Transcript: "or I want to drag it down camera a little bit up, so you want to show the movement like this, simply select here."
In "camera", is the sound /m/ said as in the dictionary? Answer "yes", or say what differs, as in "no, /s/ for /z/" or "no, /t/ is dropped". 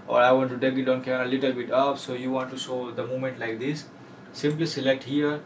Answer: no, /m/ is dropped